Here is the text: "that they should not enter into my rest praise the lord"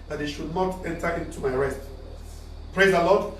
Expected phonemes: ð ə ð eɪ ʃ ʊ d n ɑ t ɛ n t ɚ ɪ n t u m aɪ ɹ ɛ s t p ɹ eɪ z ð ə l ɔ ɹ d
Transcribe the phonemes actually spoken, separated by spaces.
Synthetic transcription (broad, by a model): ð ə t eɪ ʃ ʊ d n ɑ t ɛ n t ɚ ɪ n t u m aɪ ɹ ɛ s t p ɹ eɪ z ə l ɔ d